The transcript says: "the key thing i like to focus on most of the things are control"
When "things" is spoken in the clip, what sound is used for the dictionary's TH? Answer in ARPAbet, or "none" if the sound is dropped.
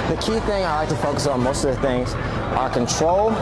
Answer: TH